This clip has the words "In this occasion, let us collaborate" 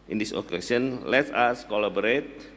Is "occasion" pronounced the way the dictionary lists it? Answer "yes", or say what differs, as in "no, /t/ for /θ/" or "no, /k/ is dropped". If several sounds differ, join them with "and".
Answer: no, /s/ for /ʒ/